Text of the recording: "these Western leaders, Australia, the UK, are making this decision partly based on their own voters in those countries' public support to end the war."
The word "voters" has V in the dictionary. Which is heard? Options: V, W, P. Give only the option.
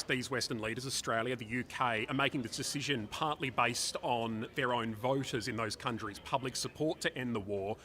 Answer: V